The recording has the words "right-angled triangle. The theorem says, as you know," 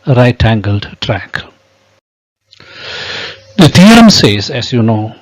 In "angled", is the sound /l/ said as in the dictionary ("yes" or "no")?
yes